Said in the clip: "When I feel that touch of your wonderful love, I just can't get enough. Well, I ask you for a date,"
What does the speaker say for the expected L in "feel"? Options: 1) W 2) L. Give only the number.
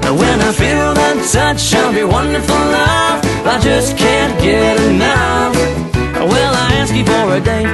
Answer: 1